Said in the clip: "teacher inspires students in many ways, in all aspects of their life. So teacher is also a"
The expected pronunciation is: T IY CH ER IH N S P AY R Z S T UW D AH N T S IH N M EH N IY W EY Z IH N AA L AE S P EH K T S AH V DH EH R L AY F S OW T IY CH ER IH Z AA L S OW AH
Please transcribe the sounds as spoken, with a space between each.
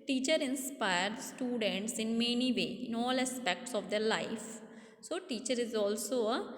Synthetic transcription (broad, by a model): T IY CH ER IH N S P AY R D S T UW D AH N T S IH N M EH N IY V EY IH N AA L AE S P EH K T S AH V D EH R L AY F S OW T IY CH ER IH Z AA L S OW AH